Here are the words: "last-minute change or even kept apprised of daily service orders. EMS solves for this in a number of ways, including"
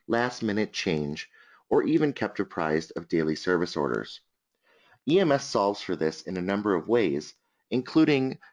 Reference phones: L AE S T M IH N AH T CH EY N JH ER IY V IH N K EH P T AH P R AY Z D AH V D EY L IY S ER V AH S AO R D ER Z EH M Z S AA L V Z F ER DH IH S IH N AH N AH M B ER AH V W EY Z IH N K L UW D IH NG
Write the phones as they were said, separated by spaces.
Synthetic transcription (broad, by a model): L AE S T M IH N AH T CH EY N JH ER IY V IH N K EH P T AH P R AY Z D AH V D EY L IY S ER V AH S AO R D ER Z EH M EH S AA L V Z F ER DH IH S IH N AH N AH M B ER AH V W EY Z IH N K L UW D IH NG